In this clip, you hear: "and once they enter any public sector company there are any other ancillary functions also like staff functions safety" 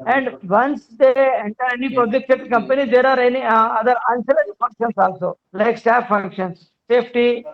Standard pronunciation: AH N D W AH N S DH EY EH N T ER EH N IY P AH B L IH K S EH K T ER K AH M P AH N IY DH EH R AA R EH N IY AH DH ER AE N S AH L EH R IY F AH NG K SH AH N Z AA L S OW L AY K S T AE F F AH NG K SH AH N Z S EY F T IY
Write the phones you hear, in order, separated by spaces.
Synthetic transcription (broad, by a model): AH N D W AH N S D EY EH N T ER EH N IY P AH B L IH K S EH T K AH M P AH N IY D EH R AA R EH N IY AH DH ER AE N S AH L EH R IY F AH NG K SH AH N S AA L S OW L AY K S T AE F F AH NG K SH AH N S EY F T IY